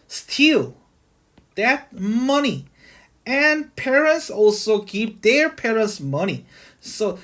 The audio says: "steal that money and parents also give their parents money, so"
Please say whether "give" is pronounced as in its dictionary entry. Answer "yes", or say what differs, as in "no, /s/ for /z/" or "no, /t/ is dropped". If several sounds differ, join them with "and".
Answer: no, /p/ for /v/